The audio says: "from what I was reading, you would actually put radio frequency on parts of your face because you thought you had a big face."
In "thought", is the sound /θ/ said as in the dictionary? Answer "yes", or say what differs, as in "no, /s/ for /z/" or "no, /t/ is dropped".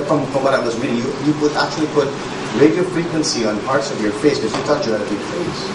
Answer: no, /t/ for /θ/